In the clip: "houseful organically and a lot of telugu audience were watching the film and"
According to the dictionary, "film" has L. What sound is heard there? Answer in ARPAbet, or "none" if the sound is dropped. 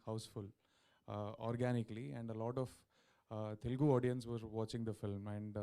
L